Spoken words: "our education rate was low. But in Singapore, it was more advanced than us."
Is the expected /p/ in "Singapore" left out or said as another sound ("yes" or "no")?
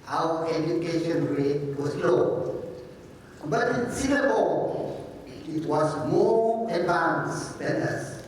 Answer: yes